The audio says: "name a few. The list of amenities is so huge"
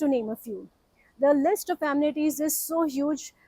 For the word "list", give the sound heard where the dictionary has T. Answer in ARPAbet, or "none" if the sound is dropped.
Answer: T